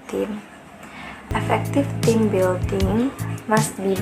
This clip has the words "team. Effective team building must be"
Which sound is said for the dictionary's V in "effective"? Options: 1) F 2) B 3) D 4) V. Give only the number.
1